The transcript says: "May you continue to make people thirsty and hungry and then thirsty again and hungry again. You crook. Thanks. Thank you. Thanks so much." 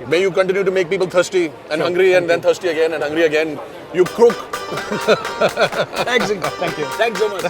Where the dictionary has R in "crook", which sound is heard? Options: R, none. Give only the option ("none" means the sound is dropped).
none